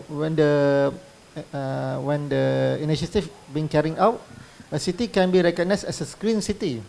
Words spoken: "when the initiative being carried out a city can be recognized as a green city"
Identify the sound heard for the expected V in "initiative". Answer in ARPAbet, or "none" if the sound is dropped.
F